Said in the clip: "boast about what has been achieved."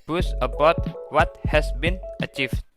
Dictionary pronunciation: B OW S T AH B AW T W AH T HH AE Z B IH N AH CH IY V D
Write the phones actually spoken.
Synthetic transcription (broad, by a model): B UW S AH B AW T W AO T HH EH S B IH N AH CH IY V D